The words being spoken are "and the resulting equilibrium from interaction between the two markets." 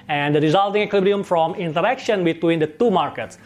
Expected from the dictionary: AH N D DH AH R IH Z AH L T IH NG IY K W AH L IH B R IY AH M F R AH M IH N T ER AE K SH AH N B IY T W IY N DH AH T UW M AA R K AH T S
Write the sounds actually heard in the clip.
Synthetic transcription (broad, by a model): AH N D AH R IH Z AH L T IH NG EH K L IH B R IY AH M F R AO M IH N T ER AE K SH AH N B IY T W IY N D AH T UW M AA R K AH T S